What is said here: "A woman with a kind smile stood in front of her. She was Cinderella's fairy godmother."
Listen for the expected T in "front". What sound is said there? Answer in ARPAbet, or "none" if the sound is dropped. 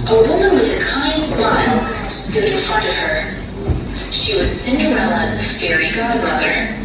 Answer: T